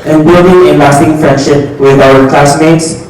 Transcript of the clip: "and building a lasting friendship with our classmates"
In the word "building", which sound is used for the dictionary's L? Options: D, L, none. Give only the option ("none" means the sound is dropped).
none